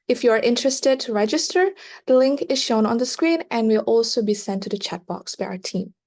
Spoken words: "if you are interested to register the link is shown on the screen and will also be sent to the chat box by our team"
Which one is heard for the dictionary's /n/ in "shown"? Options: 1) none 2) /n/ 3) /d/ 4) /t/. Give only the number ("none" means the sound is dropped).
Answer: 2